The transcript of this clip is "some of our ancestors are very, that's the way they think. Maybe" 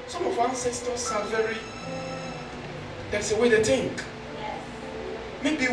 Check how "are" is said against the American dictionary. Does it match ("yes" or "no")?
no